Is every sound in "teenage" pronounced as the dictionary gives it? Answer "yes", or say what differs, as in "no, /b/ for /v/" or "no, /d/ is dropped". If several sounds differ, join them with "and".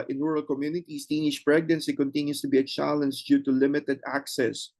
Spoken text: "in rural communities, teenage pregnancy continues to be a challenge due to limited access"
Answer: no, /ʃ/ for /dʒ/